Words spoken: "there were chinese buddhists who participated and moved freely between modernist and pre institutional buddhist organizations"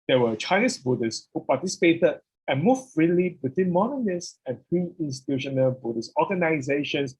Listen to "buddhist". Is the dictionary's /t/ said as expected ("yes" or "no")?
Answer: no